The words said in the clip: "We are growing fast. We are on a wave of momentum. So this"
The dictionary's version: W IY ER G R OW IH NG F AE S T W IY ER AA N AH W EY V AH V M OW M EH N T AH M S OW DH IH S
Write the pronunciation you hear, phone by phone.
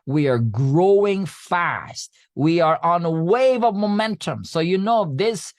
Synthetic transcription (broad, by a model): W IY ER G R OW IH NG F AE S T W IY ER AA N AH W EY V AH V M OW M EH N T AH M S OW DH IH S